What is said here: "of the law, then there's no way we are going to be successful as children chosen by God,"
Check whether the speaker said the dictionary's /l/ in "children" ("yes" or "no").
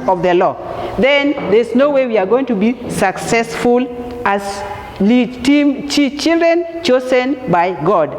yes